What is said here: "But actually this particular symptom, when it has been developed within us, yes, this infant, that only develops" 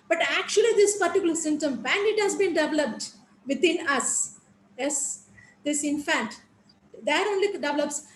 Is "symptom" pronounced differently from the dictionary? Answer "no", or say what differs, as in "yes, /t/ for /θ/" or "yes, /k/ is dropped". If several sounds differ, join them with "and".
yes, /p/ is dropped